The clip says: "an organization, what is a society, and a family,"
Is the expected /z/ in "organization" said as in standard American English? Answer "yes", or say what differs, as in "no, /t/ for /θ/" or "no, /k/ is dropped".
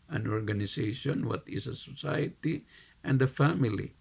no, /s/ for /z/